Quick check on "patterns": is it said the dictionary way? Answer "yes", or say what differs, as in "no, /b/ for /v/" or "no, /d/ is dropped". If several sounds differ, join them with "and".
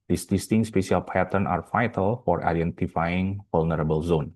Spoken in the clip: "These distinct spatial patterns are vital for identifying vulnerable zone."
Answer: no, /z/ is dropped